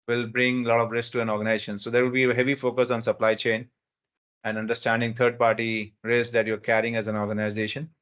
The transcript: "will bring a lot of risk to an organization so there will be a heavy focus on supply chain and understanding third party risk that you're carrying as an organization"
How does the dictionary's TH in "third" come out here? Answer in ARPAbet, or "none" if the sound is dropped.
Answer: T